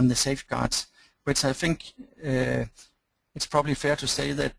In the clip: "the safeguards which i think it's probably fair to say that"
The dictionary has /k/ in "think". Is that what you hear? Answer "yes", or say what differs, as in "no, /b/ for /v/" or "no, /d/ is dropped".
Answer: yes